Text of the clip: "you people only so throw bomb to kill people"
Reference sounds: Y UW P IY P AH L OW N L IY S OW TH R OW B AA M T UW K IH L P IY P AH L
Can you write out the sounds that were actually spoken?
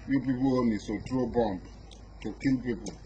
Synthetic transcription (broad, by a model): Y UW P IY P AH L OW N IY S OW T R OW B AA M T UW K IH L P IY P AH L